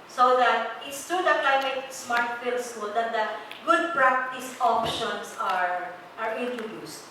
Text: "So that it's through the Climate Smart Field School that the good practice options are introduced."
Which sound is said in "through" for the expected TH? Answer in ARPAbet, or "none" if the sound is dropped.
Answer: T